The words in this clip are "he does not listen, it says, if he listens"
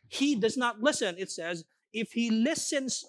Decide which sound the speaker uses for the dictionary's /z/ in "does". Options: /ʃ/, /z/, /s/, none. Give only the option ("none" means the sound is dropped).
/z/